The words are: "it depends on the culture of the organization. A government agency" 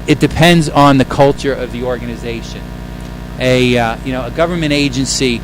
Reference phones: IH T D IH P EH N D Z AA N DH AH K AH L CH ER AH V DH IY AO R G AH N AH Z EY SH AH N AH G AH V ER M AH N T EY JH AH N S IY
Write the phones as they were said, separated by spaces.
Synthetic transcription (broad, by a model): IH T D IH P EH N D Z N DH AH K AH L CH ER AH V DH IY AO R G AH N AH Z EY SH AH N AH G AH V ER M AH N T EY JH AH N S IY